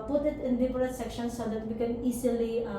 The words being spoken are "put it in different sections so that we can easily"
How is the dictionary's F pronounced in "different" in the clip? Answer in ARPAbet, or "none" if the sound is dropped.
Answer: P